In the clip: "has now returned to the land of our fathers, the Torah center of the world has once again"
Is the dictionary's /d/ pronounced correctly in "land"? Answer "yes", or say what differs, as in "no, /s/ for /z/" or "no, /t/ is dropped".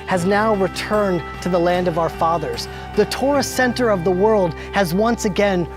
yes